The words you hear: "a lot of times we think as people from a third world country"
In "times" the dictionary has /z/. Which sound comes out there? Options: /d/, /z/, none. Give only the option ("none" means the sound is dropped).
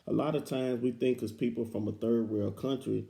/z/